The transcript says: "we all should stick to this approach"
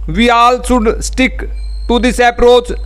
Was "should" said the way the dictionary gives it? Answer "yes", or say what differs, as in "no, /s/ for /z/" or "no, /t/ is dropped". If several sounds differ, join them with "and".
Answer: no, /s/ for /ʃ/